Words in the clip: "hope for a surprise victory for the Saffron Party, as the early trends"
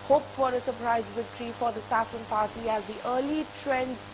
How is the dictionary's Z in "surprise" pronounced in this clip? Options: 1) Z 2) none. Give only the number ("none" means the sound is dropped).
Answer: 1